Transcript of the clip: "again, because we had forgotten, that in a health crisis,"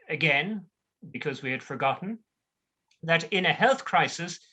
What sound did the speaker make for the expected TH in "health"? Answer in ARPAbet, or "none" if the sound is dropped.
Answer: TH